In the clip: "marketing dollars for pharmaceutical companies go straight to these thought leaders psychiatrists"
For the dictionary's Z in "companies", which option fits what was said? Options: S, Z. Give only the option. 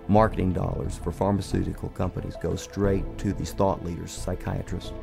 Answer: Z